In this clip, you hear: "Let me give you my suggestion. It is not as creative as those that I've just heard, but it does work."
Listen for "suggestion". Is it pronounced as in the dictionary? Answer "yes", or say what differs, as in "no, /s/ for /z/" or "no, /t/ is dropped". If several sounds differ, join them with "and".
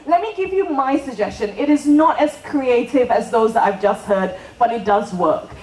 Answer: yes